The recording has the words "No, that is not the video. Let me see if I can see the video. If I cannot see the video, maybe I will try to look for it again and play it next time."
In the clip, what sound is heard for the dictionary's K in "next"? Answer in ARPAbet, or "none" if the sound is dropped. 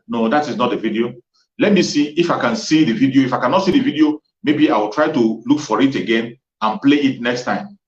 K